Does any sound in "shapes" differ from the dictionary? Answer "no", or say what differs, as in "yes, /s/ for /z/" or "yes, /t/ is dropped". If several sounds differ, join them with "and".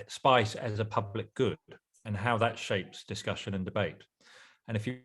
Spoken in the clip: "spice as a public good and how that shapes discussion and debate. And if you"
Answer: no